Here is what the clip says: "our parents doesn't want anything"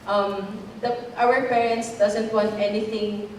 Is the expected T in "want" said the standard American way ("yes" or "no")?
yes